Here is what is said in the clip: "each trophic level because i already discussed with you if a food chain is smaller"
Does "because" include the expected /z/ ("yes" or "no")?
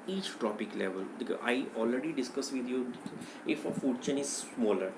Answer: no